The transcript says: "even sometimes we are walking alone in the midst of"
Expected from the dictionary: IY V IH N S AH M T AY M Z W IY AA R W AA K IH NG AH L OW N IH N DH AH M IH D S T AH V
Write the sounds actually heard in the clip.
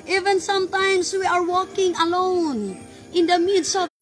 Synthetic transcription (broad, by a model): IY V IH N S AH M T AY M S W IY AA R W AA K IH NG AH L OW N IH N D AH M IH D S AH